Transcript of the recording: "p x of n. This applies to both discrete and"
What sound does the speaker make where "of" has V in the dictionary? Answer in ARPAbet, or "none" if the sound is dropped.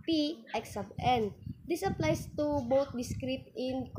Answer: B